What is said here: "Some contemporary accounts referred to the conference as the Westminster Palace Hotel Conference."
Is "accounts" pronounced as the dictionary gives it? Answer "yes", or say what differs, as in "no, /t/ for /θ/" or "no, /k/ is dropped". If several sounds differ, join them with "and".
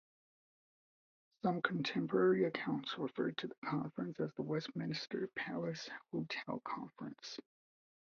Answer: yes